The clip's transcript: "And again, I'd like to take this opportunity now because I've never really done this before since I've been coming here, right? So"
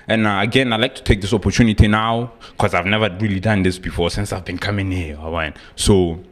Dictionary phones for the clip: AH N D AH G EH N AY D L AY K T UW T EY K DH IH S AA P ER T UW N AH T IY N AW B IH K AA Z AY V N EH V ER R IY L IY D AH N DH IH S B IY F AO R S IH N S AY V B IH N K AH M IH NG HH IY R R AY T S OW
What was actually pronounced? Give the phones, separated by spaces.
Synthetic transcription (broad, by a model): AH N AH G EH N AY L AY K T UW T EY K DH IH S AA P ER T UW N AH T IY N AW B K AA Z AY V N EH V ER R IY L IY D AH N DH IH S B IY F AO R S IH N S AY V B IH N K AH M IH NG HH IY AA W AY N S OW